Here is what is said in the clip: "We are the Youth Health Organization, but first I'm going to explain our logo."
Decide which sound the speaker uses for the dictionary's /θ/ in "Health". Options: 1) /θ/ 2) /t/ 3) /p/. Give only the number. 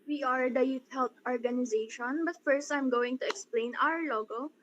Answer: 2